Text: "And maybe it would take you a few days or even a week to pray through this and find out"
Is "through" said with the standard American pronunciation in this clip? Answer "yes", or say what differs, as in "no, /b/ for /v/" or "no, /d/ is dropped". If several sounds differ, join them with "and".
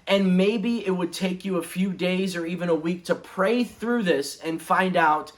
yes